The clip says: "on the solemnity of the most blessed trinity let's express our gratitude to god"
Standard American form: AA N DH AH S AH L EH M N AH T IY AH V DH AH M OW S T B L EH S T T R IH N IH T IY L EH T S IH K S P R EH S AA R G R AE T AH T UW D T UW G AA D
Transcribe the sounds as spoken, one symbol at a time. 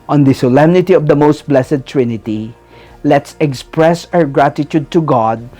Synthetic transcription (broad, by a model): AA N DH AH S AH L EH M N AH T IY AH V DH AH M OW S T B L EH S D T R IH N IH T IY L EH T S IH K S P R EH S AA R G R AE T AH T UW D T UW G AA D